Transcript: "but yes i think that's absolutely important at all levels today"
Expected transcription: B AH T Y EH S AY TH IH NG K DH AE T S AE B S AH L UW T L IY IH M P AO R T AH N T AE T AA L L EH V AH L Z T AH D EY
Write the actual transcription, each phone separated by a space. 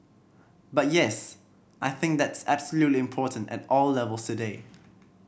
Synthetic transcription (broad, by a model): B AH T Y EH S AY TH IH NG K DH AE T S AE B S AH L UW T L IY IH M P AO T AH N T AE T AA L L EH V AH L S T AH D EY